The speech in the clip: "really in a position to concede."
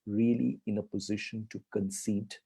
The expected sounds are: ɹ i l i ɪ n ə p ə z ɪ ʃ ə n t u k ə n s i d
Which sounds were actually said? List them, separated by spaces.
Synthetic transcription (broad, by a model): ɹ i l i ɪ n ə p ə z ɪ ʃ ə n t u k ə n s i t